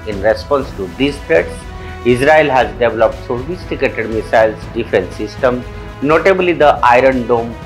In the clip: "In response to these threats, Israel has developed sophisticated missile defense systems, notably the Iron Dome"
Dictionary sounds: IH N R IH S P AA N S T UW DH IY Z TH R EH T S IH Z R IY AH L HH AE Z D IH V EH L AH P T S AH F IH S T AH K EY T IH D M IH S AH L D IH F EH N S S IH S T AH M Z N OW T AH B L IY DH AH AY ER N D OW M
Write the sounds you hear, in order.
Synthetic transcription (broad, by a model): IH N R IH S P AA N S T UW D IY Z T R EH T S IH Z R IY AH L HH AE Z D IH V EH L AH P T S AH F IH S T AH K EY T IH D M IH S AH L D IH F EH N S S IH S T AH M N OW T AH B L IY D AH AY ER N D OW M